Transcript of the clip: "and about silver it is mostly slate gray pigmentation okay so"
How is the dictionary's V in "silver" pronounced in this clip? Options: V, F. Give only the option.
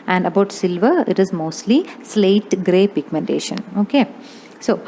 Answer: V